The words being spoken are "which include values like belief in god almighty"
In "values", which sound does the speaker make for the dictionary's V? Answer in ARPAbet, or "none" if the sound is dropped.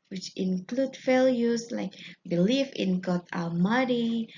F